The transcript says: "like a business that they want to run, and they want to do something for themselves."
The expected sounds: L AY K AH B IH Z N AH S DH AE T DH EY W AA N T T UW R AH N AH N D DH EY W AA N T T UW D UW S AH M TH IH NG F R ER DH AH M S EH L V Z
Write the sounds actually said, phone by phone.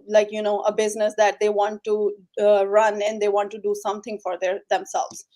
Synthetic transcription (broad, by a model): L AY K AH B IH Z N AH S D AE T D EY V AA N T T UW R AH N AH N D EY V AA N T T UW D UW S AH M T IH NG F R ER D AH M S EH L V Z